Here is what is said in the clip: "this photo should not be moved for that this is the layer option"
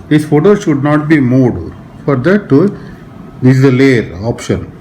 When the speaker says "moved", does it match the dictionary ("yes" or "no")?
no